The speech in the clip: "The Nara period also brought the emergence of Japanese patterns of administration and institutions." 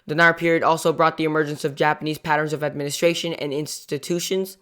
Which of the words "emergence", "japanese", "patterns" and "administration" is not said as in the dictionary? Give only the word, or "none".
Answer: none